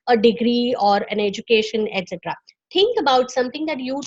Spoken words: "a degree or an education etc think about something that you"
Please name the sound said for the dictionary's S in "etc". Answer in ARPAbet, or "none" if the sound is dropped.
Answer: S